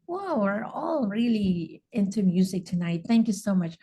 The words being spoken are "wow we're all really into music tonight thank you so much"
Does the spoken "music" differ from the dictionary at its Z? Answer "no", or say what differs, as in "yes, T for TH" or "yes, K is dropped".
no